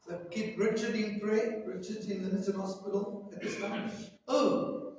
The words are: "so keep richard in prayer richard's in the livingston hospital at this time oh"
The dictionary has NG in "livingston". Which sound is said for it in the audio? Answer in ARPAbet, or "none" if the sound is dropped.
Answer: none